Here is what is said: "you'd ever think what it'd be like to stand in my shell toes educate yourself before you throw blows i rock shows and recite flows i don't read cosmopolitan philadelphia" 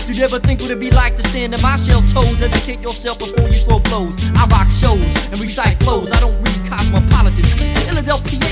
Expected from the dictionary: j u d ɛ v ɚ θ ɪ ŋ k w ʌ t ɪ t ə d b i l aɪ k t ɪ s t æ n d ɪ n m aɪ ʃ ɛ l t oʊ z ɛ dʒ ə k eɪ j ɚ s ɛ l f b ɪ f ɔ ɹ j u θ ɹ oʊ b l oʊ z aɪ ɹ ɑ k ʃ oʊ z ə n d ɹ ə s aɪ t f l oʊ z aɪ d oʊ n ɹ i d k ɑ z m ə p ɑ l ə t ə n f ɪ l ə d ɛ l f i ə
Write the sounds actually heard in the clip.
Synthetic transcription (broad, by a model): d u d ɛ v ɚ θ ɪ ŋ k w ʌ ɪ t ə b i l aɪ k t ɪ s t æ n d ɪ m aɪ ʃ ɛ l t oʊ z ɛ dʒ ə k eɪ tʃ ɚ s ɛ l f b ɪ f ɔ ɹ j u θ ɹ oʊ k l oʊ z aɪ ɹ ɑ k ʃ oʊ z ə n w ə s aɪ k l oʊ z aɪ d oʊ n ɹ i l k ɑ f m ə p ɑ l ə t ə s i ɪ l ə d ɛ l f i